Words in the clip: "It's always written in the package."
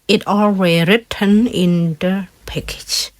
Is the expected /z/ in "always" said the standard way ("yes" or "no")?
no